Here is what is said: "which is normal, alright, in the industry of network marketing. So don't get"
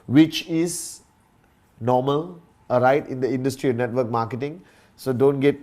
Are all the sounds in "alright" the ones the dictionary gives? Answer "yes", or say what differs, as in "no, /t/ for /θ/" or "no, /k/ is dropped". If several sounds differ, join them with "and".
no, /l/ is dropped